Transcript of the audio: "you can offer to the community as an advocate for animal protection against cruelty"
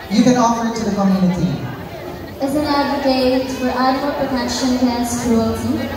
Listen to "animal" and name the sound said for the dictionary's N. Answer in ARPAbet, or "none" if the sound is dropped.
none